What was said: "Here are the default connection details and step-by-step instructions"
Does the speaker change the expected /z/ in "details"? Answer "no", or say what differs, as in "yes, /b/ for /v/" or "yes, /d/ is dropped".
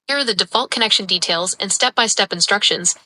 no